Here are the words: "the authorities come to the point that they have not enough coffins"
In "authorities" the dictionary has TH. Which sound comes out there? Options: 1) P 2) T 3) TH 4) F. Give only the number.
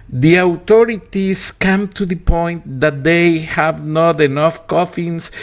2